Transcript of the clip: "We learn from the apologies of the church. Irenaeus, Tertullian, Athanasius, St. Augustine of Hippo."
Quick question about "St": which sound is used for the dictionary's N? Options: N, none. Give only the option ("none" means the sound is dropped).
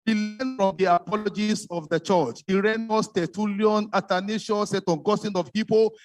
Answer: none